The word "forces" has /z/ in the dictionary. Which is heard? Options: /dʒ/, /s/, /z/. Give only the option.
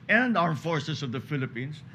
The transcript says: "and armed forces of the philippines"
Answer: /s/